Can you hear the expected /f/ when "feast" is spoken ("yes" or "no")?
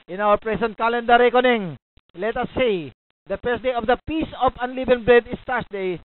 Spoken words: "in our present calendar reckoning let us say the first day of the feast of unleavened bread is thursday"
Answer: no